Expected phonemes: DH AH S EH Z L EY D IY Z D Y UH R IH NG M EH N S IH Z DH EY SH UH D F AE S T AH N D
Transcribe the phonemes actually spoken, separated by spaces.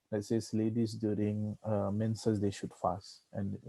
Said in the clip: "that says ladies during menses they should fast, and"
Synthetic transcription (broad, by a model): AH S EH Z L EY D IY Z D Y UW R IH NG M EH N S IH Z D EY SH UH D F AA S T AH N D